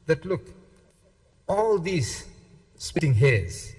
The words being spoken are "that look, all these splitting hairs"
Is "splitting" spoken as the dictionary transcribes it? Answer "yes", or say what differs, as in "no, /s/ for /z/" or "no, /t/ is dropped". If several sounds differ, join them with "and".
no, /l/ is dropped